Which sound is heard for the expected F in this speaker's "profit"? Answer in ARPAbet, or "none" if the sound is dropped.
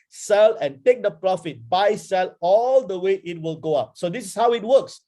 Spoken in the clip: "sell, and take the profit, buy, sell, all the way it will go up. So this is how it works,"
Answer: F